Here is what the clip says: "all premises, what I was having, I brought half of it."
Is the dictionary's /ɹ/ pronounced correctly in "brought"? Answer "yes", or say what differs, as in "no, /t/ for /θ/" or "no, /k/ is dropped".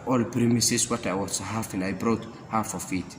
yes